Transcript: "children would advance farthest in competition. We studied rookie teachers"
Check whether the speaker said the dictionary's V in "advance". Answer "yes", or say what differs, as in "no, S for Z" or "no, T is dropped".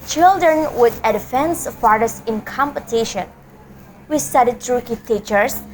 no, F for V